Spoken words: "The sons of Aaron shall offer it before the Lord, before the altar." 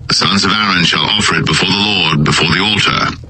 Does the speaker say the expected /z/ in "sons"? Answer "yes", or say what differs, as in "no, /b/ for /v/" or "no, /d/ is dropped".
yes